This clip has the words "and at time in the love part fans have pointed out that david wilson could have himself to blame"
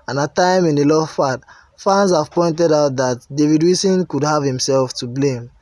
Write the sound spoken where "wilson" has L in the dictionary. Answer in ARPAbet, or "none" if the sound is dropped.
none